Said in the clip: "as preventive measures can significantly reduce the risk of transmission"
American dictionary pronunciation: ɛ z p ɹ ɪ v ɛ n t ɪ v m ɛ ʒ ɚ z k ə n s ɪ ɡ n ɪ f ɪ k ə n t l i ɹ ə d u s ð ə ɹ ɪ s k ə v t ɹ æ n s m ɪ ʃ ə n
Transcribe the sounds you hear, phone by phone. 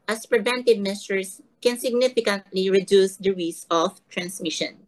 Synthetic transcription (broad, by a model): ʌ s p ɹ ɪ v ɛ n t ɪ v m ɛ ʃ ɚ s k ə n s ɪ ɡ n ɪ f ɪ k ə n t l i ɹ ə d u s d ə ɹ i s ə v t ɹ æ n s m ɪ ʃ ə n